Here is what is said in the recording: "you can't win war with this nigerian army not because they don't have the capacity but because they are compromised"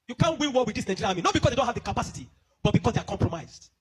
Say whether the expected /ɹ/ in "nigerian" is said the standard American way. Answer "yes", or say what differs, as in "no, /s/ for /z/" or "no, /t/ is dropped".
no, /l/ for /ɹ/